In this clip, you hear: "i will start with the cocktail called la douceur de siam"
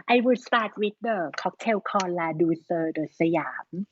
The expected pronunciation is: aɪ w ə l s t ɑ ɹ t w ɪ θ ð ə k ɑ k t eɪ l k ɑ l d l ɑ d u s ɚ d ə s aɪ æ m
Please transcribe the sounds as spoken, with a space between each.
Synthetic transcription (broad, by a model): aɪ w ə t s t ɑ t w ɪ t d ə k ɑ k t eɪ w k ɑ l l ɑ d u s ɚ d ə s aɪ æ m